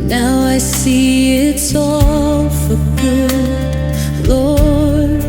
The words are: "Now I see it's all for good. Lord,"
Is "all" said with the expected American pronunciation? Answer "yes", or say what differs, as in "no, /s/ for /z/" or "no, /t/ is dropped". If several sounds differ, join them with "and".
yes